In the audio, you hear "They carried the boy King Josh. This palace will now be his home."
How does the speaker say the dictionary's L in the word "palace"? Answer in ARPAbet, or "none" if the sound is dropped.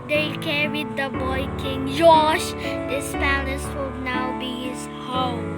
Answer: N